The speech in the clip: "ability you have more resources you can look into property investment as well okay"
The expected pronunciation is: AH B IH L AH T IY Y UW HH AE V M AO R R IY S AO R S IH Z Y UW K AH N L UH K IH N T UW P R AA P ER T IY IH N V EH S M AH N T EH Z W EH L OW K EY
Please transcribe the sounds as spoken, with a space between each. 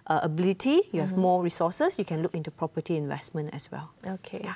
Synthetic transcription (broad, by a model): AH B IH L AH T IY Y UW HH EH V M AO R R IY S AO S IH S Y UW K AH N L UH K IH N T UW P R AA P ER T IY IH N V EH S M AH N T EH S W EH L OW K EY